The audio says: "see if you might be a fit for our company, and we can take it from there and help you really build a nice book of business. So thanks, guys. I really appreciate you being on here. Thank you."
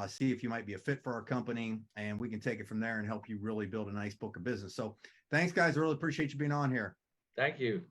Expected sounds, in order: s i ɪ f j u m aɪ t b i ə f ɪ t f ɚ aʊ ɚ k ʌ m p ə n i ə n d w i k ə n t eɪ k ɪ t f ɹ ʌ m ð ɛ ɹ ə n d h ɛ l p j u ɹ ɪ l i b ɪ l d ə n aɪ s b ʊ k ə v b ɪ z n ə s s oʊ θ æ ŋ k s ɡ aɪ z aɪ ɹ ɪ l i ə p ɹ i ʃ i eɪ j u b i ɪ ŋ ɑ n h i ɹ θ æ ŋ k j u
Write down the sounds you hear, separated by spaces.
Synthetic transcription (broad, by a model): s i ɪ f j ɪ m aɪ t b i ə f ɪ t f ɚ aʊ ɚ k ʌ m p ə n i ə n w i k ə n t eɪ k ɪ t f ɹ ʌ m ð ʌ ɹ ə n h ɛ l p j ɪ ɹ ɪ l i b ɪ l d ə n aɪ s b ʊ k ə v b ɪ z n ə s s oʊ θ æ ŋ k s ɡ aɪ z aɪ ɹ ɪ l i ə p ɹ i ʃ i eɪ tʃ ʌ b i ɪ ŋ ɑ n h i ɹ θ æ ŋ k j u